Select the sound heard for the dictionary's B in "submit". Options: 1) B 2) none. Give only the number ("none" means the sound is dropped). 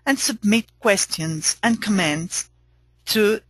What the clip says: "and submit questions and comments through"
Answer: 1